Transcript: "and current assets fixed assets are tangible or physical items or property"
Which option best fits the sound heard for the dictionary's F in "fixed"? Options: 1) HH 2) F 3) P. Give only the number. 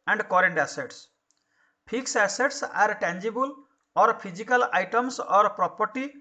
3